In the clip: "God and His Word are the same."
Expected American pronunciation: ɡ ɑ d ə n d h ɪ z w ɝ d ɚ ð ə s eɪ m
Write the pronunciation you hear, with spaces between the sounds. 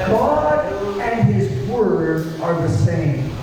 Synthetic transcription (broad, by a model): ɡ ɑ d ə n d h ɪ z w ɝ d ɚ ð ə s eɪ m